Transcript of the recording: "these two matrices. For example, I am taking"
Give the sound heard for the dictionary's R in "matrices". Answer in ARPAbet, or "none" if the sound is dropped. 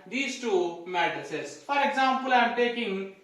none